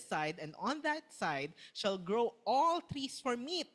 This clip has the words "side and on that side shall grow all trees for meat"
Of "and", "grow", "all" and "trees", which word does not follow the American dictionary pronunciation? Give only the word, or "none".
trees